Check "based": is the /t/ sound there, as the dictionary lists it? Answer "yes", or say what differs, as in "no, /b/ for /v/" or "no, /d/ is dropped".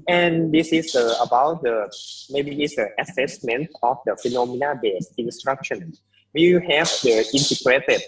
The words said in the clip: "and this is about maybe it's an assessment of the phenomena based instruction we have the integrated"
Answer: no, /t/ is dropped